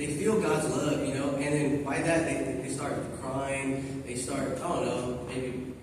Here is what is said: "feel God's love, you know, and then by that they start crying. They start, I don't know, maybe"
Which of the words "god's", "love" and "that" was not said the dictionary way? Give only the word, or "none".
none